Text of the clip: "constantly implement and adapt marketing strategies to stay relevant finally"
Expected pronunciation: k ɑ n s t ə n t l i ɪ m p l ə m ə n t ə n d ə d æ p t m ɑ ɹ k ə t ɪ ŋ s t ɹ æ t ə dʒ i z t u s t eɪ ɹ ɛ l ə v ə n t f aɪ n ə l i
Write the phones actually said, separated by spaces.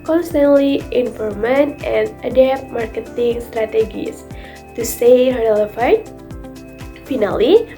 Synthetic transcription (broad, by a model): k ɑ n s t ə n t l i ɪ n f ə m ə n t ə n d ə d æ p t m ɑ ɹ k ə t ɪ ŋ s t ɹ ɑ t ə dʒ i s t u s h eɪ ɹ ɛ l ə f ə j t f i n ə l i